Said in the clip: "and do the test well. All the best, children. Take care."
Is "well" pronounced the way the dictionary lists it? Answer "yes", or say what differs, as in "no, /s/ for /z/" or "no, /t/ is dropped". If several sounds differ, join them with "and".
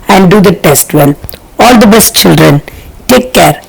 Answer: no, /n/ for /l/